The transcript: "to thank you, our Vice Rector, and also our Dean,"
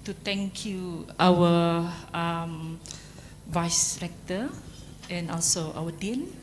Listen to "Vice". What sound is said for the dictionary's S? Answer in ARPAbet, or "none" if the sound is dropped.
S